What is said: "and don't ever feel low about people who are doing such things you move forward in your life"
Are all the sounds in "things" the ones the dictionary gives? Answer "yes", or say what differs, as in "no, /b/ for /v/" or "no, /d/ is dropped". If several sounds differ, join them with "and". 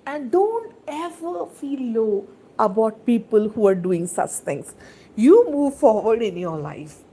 no, /t/ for /θ/